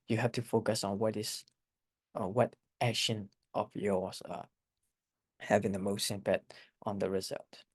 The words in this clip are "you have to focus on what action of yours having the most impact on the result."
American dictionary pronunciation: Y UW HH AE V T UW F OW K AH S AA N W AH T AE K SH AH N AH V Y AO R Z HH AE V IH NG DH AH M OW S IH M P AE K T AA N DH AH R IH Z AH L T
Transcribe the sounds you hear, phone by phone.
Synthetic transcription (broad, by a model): Y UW HH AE F T UW F OW K AH S AA N W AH T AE K SH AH N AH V Y AO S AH HH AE V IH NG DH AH M OW S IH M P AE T T AA N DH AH R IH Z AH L T